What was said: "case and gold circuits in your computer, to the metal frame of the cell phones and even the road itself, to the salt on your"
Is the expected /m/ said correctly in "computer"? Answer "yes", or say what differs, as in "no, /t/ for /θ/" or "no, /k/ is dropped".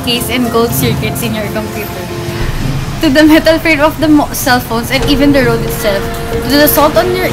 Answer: yes